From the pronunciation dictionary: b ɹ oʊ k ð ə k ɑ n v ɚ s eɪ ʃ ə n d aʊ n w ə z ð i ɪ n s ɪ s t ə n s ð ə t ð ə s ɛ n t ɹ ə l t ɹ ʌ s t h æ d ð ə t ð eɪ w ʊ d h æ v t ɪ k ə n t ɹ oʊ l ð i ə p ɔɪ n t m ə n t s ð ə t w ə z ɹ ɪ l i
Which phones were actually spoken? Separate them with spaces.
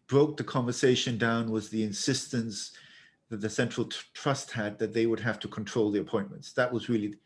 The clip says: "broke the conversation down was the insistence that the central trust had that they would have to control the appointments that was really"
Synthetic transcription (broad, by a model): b ɹ oʊ k ð ə k ɑ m v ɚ s eɪ ʃ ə n d aʊ n w ə z ð i ɪ n s ɪ s t ə n s ð ə t ð ə s ɛ n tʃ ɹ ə l t ɹ ʌ s t h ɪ d ð ə t ð eɪ w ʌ d h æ f t ɪ k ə n t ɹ oʊ l ð i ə p ɔɪ n m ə n t s ð ə t w ə z ɹ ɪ l i